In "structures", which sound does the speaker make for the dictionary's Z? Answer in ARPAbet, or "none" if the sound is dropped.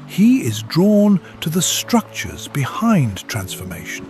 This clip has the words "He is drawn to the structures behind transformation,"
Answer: Z